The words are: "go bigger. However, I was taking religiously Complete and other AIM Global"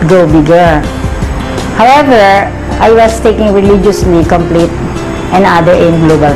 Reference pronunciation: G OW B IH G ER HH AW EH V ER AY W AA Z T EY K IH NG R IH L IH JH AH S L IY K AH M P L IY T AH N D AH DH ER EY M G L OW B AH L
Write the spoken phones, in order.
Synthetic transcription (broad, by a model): G OW B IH G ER HH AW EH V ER AY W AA S T EY K IH NG R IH L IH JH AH S L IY K AH M P L IY T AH N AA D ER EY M G L OW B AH L